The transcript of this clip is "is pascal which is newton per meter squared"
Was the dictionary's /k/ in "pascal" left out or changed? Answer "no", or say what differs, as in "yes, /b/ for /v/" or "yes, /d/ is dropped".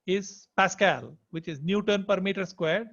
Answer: no